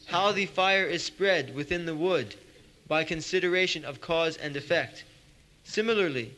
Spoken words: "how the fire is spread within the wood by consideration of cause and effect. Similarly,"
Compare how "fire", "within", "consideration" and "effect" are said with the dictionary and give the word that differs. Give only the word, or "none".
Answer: none